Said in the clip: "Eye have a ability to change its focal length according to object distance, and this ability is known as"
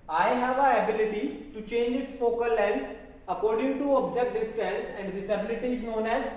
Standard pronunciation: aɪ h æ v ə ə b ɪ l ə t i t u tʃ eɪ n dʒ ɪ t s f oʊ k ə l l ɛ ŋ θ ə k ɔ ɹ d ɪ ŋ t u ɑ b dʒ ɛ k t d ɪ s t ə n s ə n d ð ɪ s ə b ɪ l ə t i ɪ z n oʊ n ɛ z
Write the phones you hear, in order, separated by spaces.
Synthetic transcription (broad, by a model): aɪ h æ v ə ə b ɪ l ə t i t u tʃ eɪ n dʒ ɪ t s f oʊ k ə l l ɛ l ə k ɔ ɹ d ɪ ŋ t u ɑ b dʒ ɛ k t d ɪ s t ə l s ə n d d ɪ s ə b ɪ l ə t i ɪ z n oʊ n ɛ z